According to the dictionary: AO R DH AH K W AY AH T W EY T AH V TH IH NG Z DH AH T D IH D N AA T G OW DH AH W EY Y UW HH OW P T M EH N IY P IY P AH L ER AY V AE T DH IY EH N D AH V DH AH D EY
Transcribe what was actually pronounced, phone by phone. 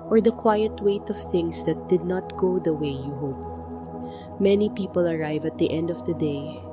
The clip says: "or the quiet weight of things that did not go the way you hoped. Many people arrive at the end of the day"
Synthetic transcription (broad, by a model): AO R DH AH K W AY AH T W EY T AH V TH IH NG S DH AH T D IH D N AA T G OW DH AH W EY Y UW HH OW P T M EH N IY P IY P AH L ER AY V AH T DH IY EH N D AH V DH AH D EY